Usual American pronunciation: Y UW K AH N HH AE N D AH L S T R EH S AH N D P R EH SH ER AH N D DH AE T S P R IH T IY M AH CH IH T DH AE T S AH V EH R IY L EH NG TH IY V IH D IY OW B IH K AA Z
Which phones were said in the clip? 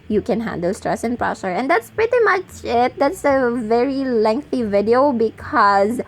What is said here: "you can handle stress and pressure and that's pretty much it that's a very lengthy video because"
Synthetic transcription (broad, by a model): Y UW K AH N HH AE N D AH L S T R EH S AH N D P R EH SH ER AH N D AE T S P R IH T IY M AH CH IH T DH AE T S AH V EH R IY L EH NG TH IY V IH D IY OW B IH K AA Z